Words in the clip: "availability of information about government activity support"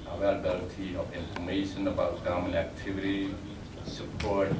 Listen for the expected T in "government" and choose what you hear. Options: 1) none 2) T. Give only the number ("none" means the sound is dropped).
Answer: 1